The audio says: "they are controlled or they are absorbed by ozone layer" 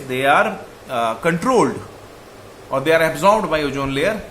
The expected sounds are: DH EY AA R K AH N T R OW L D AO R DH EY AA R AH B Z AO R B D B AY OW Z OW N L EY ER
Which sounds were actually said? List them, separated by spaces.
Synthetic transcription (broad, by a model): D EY AA R K AH N T R OW L D AO R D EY AA R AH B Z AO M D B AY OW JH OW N L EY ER